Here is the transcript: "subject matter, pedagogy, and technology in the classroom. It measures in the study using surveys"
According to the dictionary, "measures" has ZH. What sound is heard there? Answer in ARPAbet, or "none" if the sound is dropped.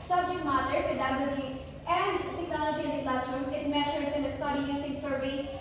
SH